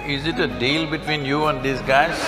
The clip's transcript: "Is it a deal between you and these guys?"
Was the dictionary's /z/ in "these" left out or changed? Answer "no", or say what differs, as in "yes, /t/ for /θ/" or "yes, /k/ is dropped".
yes, /s/ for /z/